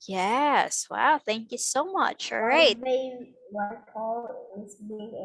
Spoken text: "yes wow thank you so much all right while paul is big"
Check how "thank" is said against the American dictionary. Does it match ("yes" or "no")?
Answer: yes